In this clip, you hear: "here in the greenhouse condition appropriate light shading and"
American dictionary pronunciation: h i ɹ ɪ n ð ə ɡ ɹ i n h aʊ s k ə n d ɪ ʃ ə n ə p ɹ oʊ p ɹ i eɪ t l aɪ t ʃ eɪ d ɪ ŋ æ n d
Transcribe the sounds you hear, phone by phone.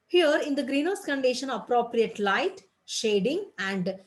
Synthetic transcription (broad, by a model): h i ɹ ɪ n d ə ɡ ɹ i n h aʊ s k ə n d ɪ ʃ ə n ə p ɹ oʊ p ɹ i eɪ t l aɪ t ʃ eɪ d ɪ ŋ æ n d